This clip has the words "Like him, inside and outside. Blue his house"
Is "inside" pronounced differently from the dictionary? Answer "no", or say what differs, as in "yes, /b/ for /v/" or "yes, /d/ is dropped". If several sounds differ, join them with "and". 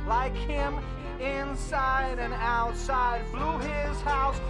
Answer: no